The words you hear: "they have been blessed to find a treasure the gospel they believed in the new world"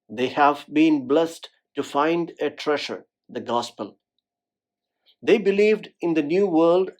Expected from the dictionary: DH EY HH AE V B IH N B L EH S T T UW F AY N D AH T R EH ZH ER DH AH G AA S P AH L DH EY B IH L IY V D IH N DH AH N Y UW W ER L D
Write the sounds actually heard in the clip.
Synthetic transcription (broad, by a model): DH EY HH AE V B IH N B L EH S T T UW F AY N D AH T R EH SH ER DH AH G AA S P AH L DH EY B IH L IY V D IH N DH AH N Y UW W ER L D